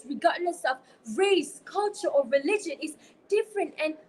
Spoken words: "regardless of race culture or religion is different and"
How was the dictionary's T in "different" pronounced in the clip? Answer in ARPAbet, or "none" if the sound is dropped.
T